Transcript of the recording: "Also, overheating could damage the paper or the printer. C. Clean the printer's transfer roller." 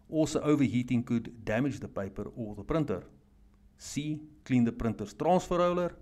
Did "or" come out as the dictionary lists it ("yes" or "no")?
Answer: no